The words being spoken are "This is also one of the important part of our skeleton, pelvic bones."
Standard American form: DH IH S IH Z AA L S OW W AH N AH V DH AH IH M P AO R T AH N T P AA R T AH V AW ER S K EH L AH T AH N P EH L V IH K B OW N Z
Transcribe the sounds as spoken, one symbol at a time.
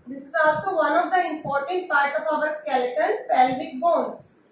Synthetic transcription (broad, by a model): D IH S IH Z AA L S OW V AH N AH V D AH IH M P AO R T AH N T P AA R T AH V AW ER S K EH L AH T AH L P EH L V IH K B OW N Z